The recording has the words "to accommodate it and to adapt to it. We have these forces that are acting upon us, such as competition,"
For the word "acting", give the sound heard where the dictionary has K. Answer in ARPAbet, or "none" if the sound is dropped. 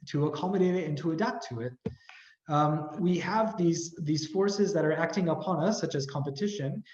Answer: K